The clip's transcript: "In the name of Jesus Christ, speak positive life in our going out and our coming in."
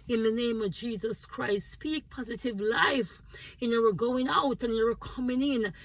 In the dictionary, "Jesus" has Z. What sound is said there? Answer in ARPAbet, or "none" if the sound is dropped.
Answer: Z